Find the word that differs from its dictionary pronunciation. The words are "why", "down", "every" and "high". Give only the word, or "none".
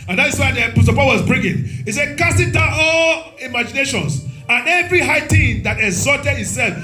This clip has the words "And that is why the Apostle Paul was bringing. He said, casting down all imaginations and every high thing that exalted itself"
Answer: down